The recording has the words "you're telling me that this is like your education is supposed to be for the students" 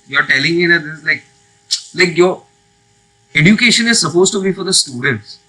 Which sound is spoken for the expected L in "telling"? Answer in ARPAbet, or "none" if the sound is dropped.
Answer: L